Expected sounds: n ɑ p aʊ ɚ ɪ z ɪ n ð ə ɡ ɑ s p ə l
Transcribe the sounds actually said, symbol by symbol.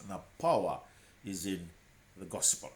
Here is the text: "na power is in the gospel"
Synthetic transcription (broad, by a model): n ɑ p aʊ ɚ ɪ z ɪ n ð ə ɡ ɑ s p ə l